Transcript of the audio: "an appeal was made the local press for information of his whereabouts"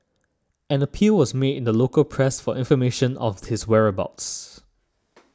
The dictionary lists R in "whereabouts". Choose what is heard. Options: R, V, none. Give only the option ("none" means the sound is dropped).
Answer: R